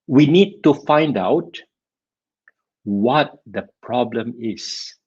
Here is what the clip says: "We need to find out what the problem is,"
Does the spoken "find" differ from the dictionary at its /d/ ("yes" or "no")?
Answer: no